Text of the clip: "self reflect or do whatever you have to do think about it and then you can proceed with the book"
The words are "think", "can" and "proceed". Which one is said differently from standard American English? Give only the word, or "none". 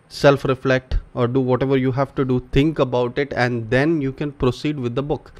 think